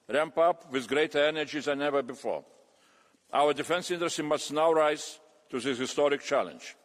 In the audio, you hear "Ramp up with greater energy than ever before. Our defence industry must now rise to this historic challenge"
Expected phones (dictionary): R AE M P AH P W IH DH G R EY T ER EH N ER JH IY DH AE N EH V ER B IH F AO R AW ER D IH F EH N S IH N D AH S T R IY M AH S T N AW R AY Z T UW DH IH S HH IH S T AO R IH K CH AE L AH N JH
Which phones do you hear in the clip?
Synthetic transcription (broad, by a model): R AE M P AH P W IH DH G R EY T ER EH N ER JH IY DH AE N EH V ER B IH F AO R AW ER D IH F EH N S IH N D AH S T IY M AH S T N AW R AY Z T UW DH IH HH IH S T AO R IH K CH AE L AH N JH